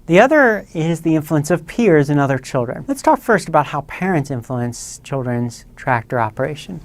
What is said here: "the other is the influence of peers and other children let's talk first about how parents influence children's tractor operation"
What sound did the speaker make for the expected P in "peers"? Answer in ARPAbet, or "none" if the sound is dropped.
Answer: P